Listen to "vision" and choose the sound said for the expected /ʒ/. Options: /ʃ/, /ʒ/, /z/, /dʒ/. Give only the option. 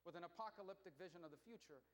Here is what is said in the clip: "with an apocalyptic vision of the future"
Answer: /ʒ/